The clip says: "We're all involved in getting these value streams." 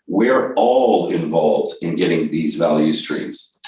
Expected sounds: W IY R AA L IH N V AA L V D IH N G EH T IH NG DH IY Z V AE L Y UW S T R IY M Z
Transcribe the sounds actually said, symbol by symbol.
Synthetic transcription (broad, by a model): W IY R AA L IH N V AA L V D IH N G EH T IH NG DH IY Z V AE L Y UW S T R IY M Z